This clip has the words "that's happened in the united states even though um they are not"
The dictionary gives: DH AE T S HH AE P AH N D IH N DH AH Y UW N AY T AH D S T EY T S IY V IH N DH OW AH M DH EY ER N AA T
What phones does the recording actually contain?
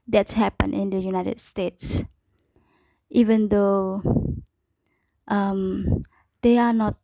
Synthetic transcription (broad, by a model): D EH T S HH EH P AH N IH N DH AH Y UW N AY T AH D S T EY T S IY V IH N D OW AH M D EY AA N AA T